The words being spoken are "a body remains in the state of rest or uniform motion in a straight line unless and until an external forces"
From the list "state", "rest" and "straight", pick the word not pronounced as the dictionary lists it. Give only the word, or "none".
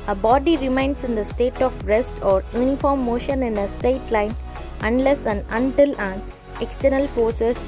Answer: straight